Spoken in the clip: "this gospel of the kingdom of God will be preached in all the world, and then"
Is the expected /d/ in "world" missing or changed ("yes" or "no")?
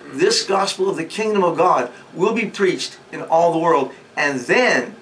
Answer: no